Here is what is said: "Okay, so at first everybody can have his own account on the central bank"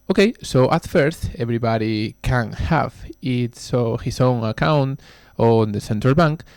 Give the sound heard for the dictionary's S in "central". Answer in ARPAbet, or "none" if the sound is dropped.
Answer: S